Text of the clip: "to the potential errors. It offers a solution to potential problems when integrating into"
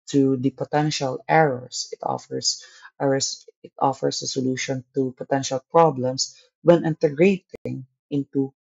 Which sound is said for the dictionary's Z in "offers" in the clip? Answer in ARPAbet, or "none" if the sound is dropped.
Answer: S